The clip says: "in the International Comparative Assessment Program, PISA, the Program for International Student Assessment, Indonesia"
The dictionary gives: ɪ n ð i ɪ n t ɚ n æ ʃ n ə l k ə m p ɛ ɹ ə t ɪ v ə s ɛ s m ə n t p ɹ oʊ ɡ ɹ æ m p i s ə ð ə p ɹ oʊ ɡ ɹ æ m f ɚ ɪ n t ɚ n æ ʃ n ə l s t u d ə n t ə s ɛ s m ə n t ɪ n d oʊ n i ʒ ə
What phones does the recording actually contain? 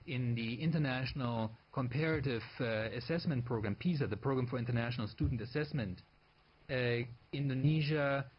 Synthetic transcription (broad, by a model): ɪ n ð i ɪ n t ɚ n æ ʃ n ə l k ə m p ɛ ɹ ə t ɪ v ə s ɛ s m ə n t p ɹ oʊ ɡ ɹ æ m p i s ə ð ə p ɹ oʊ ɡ ɹ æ m f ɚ ɪ n t ɚ n æ ʃ n ə l s t u d n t ə s ɛ s m ə n t ɪ n d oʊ n i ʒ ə